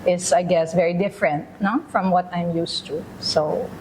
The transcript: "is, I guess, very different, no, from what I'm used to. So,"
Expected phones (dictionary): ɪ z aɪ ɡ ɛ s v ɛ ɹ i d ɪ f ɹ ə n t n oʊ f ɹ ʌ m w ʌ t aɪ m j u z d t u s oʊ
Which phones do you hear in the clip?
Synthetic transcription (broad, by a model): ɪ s aɪ ɡ ɛ s v ɛ ɹ i d ɪ f ɹ ə n t n oʊ f ɹ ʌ m w ʌ t aɪ m j u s t u s oʊ